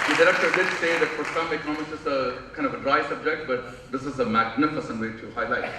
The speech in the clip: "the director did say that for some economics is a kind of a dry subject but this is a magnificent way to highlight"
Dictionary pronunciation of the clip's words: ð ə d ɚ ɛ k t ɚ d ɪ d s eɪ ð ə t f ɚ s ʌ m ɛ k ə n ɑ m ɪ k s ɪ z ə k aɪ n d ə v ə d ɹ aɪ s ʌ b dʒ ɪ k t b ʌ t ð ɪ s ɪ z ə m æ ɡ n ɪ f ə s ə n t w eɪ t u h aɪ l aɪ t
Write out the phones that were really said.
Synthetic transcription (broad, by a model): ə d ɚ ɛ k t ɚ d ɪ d s eɪ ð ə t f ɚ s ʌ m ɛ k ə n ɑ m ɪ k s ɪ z ə k aɪ n d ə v ə d ɹ aɪ s ʌ b dʒ ɪ k t b ʌ t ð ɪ s ɪ z ə m æ ɡ n ɪ f ə s ə n t w eɪ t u h aɪ l aɪ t